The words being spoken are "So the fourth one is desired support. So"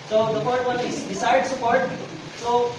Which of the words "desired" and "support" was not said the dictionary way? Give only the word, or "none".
desired